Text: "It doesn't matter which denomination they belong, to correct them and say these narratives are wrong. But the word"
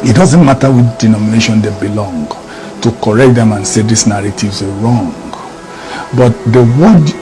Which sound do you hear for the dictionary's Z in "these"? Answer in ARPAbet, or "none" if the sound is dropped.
S